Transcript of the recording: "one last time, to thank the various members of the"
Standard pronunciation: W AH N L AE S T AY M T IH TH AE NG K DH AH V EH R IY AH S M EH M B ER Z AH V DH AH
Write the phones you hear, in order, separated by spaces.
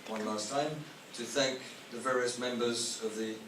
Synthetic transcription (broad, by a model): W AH N L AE S T AY M T IH TH AE NG K DH AH V EH R IY AH S M EH M B ER Z AH V DH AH